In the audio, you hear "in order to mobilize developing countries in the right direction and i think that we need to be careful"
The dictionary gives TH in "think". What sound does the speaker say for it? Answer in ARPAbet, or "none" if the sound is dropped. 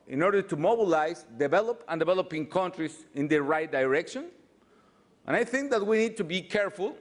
TH